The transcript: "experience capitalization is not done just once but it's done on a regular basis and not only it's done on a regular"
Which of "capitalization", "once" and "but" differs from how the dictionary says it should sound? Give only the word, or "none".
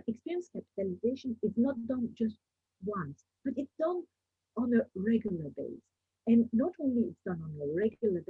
none